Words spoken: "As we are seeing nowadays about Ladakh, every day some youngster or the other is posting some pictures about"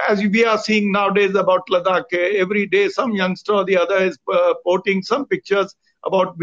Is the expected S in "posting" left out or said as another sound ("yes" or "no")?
yes